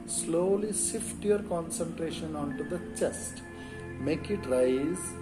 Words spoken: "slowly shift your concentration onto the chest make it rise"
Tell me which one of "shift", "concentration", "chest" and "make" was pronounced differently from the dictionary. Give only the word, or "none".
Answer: shift